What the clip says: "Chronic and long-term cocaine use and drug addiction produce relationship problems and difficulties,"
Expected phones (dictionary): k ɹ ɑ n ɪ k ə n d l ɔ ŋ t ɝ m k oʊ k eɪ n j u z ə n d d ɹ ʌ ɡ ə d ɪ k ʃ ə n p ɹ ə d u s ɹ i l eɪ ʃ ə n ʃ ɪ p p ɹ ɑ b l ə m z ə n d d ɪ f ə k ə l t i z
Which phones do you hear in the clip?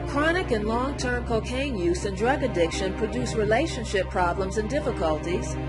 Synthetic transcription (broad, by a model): k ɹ ɑ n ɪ k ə n l ɔ ŋ t ɝ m k oʊ k eɪ n j u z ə n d d ɹ ʌ ɡ ə d ɪ k ʃ ə n p ɹ ə d u s ɹ i l eɪ ʃ ə n ʃ ɪ p p ɹ ɑ b l ə m z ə n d d ɪ f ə k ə l t i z